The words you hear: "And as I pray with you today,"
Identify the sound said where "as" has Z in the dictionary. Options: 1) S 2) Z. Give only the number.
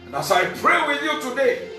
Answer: 1